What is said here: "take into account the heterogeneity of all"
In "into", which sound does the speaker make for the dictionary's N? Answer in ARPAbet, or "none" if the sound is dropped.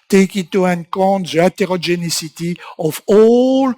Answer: none